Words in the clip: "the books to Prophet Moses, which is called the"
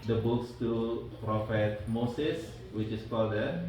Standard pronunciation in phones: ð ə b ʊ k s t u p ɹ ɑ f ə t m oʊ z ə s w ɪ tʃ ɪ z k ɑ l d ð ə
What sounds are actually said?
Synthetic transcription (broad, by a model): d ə b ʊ k s t u p ɹ ɑ f ə t m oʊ s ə s w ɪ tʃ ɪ s k ɑ l d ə